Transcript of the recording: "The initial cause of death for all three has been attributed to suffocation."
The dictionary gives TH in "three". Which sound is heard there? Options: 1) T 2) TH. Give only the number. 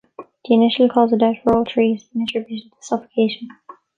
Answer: 1